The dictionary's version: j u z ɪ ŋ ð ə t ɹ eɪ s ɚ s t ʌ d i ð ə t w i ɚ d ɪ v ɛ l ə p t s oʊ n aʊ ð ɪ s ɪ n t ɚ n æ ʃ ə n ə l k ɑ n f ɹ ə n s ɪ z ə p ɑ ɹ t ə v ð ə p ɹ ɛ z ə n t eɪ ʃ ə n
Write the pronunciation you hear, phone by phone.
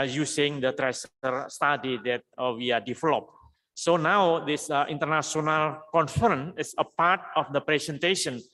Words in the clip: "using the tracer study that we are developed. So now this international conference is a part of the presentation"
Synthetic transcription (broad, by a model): j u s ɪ ŋ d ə t ɹ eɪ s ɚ s t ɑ d i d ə t w i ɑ d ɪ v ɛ l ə p s oʊ n aʊ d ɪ s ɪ n t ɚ n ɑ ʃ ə n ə l k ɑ n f ɹ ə n ɪ s ə p ɑ ɹ t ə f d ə p ɹ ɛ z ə n t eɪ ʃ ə n